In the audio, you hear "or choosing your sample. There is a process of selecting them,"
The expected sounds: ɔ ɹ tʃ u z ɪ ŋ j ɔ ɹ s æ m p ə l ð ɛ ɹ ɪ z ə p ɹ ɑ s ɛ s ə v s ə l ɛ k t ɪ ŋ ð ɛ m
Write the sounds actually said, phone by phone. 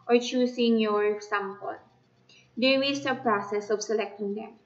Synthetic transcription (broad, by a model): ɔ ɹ tʃ u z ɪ ŋ j ɔ ɹ s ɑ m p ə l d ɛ w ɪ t ə p ɹ ɑ s ɛ s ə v s ə l ɛ k t ɪ ŋ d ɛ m